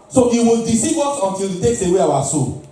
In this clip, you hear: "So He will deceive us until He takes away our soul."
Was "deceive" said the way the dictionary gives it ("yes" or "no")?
no